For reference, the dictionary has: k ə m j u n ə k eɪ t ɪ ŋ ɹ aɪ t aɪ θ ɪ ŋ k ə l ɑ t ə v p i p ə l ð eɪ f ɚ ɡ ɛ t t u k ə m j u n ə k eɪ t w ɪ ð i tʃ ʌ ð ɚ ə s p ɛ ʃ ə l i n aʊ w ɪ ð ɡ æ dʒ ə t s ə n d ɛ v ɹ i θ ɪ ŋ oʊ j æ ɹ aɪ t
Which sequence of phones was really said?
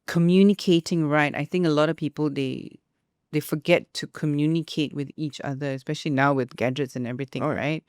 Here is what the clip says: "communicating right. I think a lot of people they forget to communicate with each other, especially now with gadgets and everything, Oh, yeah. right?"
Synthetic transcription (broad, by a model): k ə m j u n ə k eɪ t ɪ ŋ ɹ aɪ t aɪ θ ɪ ŋ k ə l ɑ t ə v p i p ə l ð eɪ f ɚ ɡ ɛ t t u k ə m j u n ə k eɪ t w ɪ ð i tʃ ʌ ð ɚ ə s p ɛ ʃ ə l i n aʊ w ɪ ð ɡ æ dʒ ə t s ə n ɛ v ɹ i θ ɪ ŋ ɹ aɪ t